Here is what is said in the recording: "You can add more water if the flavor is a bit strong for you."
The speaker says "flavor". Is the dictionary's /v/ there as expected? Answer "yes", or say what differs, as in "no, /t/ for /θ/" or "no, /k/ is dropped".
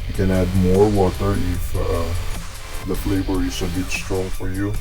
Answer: no, /b/ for /v/